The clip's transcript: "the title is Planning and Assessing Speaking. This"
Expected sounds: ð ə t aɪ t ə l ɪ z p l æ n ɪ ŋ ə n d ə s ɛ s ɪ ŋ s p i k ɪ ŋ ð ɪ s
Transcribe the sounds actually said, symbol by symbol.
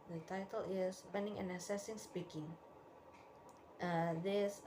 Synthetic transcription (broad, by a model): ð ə t aɪ t ə l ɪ s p ɛ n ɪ ŋ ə n ə s ɛ s ɪ ŋ s p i k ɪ ŋ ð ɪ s